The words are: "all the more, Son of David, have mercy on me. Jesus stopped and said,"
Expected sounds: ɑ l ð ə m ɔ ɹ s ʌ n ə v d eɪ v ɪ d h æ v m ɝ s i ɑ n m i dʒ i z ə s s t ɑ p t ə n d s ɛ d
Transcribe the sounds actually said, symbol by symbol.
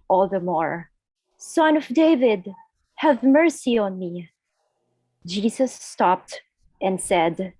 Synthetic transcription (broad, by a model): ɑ l ð ə m ɔ ɹ s ʌ n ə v d eɪ v ɪ d h æ v m ɝ s i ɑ n m i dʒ i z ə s s t ɑ p t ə n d s ɛ d